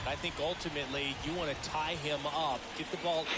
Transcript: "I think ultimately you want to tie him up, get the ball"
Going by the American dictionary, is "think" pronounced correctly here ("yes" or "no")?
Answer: yes